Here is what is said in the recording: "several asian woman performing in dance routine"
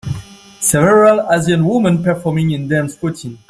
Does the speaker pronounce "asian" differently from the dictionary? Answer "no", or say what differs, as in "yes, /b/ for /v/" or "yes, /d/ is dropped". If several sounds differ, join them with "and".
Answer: yes, /z/ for /ʒ/